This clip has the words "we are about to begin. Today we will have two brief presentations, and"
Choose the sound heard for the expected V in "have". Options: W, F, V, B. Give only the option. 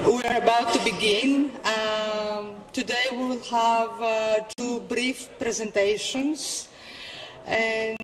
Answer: V